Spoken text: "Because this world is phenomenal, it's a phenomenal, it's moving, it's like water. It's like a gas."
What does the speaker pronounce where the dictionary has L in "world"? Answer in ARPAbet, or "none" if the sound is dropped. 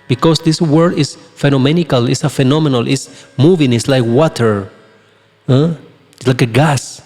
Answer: none